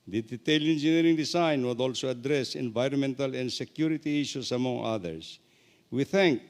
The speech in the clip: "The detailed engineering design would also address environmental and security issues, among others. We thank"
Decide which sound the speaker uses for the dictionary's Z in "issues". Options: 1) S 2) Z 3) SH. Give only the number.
1